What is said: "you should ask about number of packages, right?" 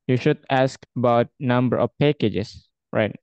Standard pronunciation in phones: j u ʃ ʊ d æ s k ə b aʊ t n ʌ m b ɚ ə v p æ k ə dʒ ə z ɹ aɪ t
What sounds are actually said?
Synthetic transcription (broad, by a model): j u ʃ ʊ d æ s k ə b aʊ t n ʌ m b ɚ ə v p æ k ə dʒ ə s ɹ aɪ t